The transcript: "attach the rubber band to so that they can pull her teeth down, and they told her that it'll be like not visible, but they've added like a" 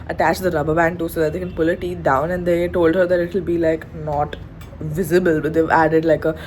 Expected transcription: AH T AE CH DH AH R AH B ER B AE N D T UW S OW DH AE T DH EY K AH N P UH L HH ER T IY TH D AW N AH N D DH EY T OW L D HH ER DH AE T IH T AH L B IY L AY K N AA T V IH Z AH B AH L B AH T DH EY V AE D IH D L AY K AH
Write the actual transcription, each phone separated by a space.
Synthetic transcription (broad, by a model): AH T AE CH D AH R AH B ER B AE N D T UW S OW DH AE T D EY K AH N P UH L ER T IY D AW N AH N D EY T OW L D HH ER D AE T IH T L B IY L AY K N AA T V IH Z AH B AH L B AH T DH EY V AE D IH D L AY K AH